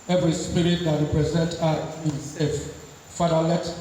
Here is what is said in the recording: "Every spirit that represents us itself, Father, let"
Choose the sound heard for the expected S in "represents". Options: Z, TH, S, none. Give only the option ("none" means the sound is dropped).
none